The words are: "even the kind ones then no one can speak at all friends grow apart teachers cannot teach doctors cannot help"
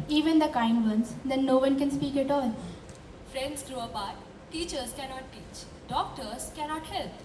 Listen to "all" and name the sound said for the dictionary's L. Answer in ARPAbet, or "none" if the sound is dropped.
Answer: L